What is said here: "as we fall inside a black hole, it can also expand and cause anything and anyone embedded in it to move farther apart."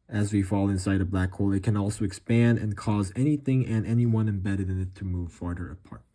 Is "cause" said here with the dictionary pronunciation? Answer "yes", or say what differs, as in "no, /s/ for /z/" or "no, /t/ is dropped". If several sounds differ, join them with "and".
yes